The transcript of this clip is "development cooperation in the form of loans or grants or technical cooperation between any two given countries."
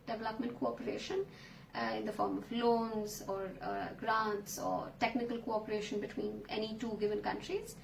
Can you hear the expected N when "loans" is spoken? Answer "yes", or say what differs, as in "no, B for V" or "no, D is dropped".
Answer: yes